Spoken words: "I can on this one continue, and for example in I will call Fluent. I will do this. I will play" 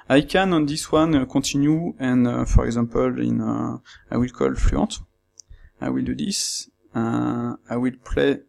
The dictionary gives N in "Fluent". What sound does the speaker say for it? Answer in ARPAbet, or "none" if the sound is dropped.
none